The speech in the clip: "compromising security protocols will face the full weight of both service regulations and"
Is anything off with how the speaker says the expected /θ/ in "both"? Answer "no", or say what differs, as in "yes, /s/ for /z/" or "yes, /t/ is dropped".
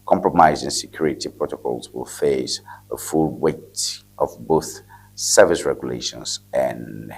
no